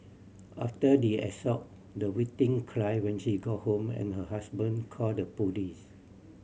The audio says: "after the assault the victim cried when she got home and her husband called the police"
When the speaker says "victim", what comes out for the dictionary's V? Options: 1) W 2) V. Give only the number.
1